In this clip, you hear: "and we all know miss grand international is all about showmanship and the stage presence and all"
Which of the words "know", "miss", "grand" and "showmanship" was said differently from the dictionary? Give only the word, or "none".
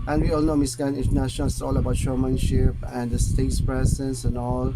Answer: grand